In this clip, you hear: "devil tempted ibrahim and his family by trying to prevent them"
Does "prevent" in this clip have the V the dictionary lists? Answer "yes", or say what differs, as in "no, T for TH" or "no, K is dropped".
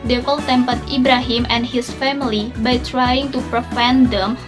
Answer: no, F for V